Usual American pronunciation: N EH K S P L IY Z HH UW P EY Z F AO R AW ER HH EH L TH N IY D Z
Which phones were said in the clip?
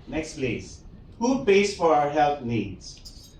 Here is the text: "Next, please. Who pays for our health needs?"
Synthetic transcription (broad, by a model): N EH K S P L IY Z HH UW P EY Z F AO R AW ER HH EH L T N IY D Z